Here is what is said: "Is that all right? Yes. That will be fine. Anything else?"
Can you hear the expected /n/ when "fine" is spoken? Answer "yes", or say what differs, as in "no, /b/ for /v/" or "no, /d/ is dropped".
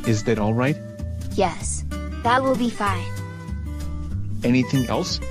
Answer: yes